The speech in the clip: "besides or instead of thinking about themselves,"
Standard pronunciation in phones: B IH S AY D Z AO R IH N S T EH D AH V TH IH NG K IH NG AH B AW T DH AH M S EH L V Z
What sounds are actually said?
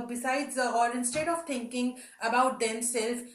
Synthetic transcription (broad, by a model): B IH S AY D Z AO L IH N S T EH D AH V T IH NG K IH NG AH B AW T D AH M S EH L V